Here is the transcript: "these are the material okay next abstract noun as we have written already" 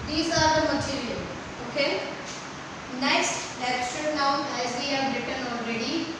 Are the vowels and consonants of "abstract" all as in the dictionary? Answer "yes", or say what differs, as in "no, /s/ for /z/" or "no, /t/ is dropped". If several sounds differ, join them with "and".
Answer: no, /b/ is dropped